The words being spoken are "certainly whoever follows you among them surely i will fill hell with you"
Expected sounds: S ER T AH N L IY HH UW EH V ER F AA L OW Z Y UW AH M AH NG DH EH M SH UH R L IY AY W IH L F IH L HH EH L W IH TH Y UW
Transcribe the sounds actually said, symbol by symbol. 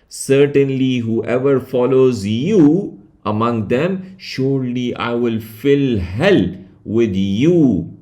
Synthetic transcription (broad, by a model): S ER T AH N L IY HH UW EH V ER F AA L OW Z Y UW AH M AH NG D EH M SH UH R L IY AY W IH L F IH L HH EH L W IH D Y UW